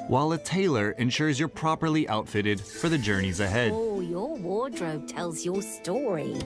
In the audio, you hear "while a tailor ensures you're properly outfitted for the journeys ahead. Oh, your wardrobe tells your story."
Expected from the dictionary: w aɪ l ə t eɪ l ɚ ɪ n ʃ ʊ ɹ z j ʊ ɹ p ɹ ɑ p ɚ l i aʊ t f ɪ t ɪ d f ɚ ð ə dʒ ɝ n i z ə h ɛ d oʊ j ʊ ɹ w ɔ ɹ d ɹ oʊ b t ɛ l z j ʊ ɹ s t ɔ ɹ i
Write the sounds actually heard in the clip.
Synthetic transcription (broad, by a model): w aɪ l ə t eɪ l ɚ ɪ n ʃ ʊ ɹ z j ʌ ɹ p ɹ ɑ p ɚ l i aʊ t f ɪ t ɪ d f ɚ ð ə dʒ ɝ n i z ə h ɛ d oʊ j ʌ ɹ w ɔ ɹ d ɹ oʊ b t ɛ l z j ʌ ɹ s t ɔ ɹ i